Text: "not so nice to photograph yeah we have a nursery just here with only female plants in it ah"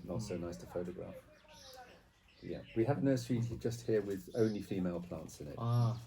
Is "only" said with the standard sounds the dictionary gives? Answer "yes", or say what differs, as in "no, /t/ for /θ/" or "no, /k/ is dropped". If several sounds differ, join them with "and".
yes